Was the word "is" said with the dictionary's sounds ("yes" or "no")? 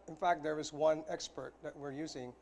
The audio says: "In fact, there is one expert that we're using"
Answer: yes